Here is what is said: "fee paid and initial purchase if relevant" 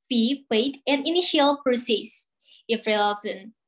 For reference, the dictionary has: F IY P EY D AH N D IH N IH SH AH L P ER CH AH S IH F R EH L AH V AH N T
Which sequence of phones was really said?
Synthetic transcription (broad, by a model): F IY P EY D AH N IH N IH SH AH L P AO S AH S IH F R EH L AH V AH N